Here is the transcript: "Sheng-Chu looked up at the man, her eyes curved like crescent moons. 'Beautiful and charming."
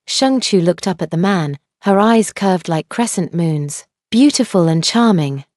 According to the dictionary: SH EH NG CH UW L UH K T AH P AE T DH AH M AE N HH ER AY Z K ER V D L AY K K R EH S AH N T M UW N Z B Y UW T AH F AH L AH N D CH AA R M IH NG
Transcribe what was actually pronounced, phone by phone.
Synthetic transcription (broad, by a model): SH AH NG CH UW L UH K T AH P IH T DH AH M AE N HH ER AY Z K ER V D L AY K K R EH S AH N T M UW N Z B Y UW T AH F AH L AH N CH AA R M IH NG